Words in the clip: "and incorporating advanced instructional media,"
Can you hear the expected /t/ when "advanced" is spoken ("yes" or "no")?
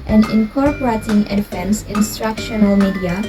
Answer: no